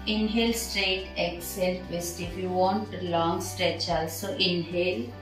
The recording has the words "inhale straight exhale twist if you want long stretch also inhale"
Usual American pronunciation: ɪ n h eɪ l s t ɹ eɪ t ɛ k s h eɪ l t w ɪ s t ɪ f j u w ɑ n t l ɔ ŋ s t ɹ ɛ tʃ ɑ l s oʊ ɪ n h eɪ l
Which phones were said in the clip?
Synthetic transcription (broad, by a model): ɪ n h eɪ l s t ɹ eɪ t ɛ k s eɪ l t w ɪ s t ɪ f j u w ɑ n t l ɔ ŋ s t ɹ ɛ tʃ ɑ l s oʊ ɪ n h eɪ l